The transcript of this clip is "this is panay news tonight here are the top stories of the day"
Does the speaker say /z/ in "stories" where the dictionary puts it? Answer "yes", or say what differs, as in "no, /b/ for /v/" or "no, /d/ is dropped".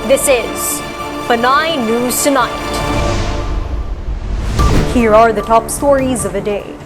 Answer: yes